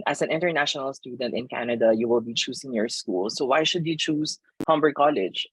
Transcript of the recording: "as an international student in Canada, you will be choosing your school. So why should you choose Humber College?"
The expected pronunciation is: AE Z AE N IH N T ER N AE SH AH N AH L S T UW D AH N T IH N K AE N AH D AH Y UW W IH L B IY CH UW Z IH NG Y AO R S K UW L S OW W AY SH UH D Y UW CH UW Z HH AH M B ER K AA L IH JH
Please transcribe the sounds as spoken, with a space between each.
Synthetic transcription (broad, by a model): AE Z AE N IH N T ER N AE SH AH N AH L S T UW D AH N T IH N K AE N AH D AH Y UW W IH L B IY CH UW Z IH NG Y AO R S K UW L S OW W AY SH UH D Y UW CH UW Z HH AH M B ER K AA L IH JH